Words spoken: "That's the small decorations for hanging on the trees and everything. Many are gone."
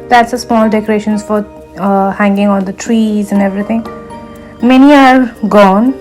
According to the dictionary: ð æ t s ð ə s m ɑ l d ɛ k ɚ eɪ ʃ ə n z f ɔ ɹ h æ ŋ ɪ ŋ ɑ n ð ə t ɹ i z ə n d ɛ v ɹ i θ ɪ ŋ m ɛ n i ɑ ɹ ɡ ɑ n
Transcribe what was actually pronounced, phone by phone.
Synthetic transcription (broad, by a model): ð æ t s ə s m ɑ l d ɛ k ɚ eɪ ʃ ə n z f ɔ ɹ h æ ŋ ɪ ŋ ɑ n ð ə t ɹ i z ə n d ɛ v ɹ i t ɪ ŋ m ɛ n i ɑ ɹ ɡ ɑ n